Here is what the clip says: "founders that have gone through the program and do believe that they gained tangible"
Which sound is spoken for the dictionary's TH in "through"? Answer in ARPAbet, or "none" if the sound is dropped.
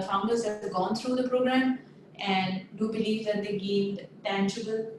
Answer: T